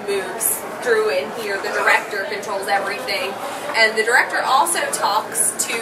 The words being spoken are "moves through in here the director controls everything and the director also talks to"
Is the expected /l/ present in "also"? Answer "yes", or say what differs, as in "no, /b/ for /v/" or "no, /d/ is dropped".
yes